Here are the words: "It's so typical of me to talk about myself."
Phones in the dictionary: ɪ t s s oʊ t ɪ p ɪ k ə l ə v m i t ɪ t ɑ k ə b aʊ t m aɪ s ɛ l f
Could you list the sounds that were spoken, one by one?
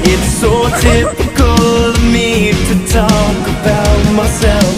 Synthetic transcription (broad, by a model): ɪ t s s oʊ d ɪ f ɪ k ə l m i t ɪ t ɑ k ə b aʊ t m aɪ s ɛ l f